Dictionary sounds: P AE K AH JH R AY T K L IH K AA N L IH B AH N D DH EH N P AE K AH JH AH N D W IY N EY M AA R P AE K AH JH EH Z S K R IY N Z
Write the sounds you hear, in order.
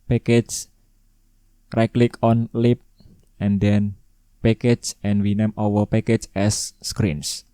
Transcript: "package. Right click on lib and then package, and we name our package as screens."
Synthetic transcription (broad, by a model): P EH K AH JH R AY K L IH K AA N L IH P AH N D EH N P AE K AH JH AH N W IY N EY M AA W P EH K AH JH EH S K R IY N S